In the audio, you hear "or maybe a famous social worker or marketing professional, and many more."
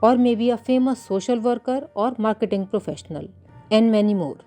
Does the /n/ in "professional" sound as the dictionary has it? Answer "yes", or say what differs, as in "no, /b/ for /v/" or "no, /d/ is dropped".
yes